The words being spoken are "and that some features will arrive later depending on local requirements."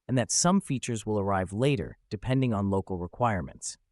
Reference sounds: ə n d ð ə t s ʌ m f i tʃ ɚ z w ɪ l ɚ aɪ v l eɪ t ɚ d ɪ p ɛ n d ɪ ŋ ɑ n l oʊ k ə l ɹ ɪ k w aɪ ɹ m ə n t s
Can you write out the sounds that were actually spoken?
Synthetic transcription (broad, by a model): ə n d ð ə t s ʌ m f i tʃ ɚ z w ɪ l ɚ aɪ v l eɪ t ɚ d ɪ p ɛ n d ɪ ŋ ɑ n l oʊ k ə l ɹ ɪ k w aɪ ɹ m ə n t s